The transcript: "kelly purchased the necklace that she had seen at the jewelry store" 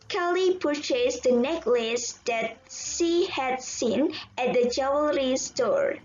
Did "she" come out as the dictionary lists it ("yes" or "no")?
no